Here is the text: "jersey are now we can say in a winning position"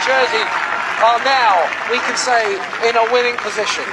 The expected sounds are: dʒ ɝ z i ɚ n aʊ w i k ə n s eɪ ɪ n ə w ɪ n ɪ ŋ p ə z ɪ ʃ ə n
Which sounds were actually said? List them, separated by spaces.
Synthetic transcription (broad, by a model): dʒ ɝ z i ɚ n aʊ w i k ə n s eɪ ɪ n ə w ɪ n ɪ ŋ p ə z ɪ ʃ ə n